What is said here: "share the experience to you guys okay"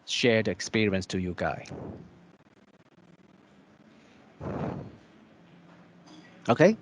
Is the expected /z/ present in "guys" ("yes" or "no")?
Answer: no